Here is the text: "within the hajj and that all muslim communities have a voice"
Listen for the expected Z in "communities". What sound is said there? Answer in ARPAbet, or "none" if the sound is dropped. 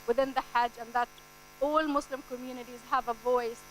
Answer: Z